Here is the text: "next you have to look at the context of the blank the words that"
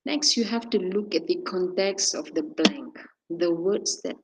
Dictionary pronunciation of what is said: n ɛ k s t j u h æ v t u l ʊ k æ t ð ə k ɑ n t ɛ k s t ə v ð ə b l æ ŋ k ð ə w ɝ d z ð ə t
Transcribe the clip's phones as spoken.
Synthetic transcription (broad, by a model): n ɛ k s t j u h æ f t u l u k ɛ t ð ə k ɑ n t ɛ k s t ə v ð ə b l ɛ ŋ k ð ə w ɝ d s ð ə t